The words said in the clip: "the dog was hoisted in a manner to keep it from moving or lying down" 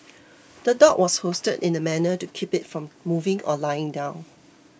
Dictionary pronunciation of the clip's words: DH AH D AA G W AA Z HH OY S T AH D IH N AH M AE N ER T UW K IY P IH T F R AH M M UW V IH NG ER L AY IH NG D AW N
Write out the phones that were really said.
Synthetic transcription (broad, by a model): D AH D AA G W AA S HH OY S T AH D IH N AH M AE N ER T UW K IY P IH T F R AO M M UW V IH NG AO L AY IH NG D AW N